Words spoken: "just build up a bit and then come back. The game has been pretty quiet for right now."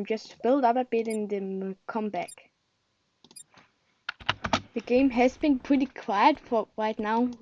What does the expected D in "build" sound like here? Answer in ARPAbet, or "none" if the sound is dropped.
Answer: D